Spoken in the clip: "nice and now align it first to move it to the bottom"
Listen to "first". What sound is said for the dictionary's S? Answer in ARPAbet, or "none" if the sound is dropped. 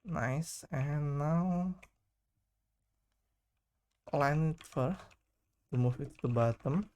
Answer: none